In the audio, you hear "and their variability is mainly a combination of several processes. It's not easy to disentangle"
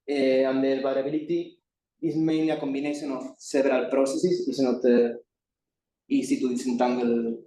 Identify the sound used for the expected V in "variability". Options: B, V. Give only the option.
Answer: B